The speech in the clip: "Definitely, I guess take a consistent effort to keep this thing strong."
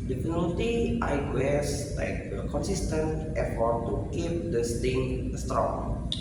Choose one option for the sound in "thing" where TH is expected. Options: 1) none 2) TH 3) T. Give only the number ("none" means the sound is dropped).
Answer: 3